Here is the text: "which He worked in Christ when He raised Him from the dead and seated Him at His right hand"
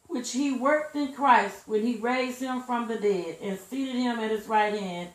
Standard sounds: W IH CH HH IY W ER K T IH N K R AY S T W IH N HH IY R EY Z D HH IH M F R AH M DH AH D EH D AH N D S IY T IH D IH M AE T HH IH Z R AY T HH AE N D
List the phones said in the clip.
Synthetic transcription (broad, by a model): W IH CH HH IY W ER K T IH N K R AY S T W IH N IY R EY Z D HH IH M F R AH M DH AH D EH D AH N S IY T IH D IH M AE T HH IH Z R AY T HH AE N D